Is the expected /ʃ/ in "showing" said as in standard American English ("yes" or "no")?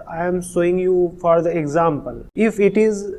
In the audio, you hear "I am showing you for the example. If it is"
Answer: no